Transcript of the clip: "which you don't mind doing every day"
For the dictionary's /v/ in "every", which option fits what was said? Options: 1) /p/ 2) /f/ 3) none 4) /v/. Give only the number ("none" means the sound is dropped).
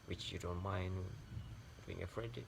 2